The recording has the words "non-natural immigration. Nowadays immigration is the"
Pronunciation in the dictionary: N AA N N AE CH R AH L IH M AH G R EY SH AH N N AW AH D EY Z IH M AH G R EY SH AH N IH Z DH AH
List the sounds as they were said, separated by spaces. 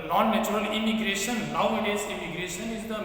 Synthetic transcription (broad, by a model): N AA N N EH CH R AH L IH M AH G R EY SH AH N L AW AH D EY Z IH M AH G R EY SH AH N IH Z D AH